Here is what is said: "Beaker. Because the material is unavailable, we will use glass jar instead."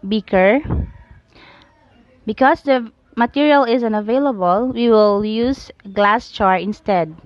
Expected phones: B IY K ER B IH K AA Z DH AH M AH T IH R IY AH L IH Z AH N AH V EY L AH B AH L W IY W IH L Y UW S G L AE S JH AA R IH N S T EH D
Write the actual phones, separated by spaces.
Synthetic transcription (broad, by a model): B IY K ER B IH K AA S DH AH M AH T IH R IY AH L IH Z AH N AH V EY L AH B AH L W IY W IH L Y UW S G L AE S CH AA R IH N S T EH D